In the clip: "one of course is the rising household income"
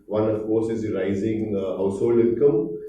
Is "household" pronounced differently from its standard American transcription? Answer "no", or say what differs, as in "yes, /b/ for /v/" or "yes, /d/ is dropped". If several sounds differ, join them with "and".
yes, /d/ is dropped